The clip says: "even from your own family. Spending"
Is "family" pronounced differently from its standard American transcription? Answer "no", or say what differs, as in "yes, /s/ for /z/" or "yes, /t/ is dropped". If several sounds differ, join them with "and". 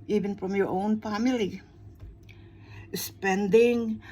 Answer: no